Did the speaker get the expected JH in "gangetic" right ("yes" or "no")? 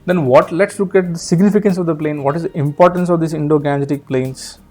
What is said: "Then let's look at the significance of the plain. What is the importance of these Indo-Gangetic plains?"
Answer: no